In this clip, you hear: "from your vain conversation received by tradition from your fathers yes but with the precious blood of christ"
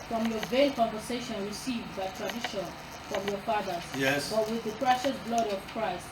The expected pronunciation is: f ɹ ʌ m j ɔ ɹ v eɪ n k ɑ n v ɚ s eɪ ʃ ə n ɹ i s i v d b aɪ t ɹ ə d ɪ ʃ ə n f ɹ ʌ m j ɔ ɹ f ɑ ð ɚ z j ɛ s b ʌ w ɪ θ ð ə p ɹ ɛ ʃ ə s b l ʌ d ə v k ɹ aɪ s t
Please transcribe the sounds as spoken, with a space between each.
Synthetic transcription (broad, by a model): f ɹ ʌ m j ɔ ɹ v eɪ n k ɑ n v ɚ s eɪ ʃ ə n ɹ i s i v d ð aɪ t ɹ ə d ɪ ʃ ə n f ɹ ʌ m j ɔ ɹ f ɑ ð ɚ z j ɛ s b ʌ w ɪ ð ə p ɹ ɛ ʃ ə s b l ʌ d ə v k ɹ aɪ s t